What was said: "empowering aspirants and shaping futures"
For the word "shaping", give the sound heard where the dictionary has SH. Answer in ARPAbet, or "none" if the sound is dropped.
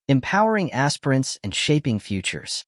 SH